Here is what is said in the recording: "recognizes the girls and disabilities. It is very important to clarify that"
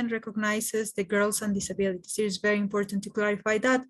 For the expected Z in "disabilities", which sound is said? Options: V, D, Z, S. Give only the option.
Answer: S